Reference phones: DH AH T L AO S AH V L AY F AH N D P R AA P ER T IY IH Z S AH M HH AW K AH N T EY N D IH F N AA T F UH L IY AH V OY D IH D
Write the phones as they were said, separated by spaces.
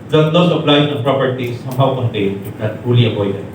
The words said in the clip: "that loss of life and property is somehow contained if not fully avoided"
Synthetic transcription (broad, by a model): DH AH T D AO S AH P L AY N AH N P R AA P ER T IY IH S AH M HH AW K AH N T EY N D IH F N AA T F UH L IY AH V OY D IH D